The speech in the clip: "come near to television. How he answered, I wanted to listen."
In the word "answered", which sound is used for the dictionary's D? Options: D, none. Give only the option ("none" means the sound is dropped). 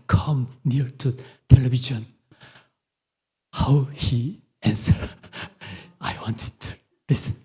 none